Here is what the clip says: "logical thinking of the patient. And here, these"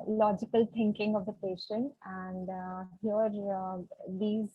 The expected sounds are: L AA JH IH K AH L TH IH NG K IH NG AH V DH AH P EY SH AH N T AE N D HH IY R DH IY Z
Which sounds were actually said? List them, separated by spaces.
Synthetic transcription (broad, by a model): L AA JH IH K AH L T IH NG K IH NG AH V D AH P EY SH AH N T AE N D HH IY R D IY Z